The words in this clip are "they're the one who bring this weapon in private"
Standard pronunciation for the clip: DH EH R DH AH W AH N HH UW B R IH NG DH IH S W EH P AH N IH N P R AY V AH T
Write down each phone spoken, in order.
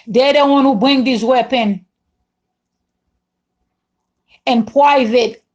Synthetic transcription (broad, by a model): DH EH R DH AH W AH N HH UW B R IH NG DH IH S W EH P AH N IH N P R AY V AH T